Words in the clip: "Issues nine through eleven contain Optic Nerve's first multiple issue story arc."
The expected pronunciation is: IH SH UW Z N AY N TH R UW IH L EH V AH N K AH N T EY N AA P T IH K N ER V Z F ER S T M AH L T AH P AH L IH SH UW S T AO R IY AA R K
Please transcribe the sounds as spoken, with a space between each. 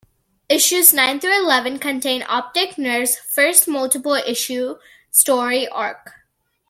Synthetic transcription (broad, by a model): IH SH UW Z N AY N T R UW IH L EH V AH N K AH N T EY N AA P T IH K N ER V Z F ER S T M AH L T AH P AH L IH SH UW S T AO R IY AA R K